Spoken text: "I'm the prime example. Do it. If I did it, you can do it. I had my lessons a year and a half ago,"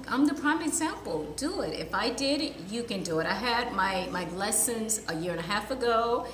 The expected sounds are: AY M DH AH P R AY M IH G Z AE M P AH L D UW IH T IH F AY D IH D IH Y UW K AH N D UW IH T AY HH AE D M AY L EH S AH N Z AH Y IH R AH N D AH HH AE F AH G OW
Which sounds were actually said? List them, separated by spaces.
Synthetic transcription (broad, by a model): AY M DH AH P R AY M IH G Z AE M P L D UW IH T IH F AY D IH D Y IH K AH N D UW IH T AY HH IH D M AY L EH S AH N Z AH Y IH R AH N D AH HH AE F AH G OW